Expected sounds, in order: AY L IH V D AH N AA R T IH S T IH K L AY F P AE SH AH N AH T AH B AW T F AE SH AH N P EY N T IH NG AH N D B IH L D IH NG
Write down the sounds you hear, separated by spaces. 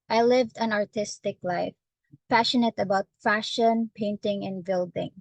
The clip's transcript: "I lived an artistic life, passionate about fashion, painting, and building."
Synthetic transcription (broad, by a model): AY L IH V D AH N AA R T IH S T IH K L AY F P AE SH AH N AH T AH B AW T F AE SH AH N P EY N T IH NG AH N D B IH L D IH NG